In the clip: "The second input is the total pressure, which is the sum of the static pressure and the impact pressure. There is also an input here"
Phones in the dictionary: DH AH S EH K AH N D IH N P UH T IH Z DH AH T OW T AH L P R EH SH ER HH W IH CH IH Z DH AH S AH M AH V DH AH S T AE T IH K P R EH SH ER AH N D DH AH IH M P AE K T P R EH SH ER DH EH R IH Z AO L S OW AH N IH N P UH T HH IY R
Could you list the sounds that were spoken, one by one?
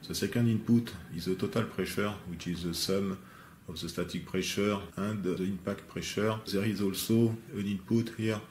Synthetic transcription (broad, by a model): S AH S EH K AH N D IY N P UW T IH Z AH T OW T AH L P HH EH SH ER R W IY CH IH Z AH S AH M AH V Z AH S T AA T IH K P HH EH SH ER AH D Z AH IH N P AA K T P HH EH SH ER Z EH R IH Z AO L S OW AH N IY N P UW T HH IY R